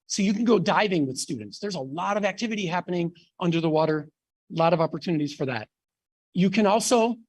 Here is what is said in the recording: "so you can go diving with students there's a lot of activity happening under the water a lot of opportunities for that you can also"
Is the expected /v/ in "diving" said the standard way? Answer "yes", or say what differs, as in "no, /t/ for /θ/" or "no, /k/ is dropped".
yes